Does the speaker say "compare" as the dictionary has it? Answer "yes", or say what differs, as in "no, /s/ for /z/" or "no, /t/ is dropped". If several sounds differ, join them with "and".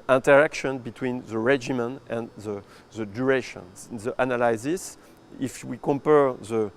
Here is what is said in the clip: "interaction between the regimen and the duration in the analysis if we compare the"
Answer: yes